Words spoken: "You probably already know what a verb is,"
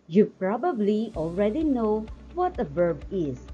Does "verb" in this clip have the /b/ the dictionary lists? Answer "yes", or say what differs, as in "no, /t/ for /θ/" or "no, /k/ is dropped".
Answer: yes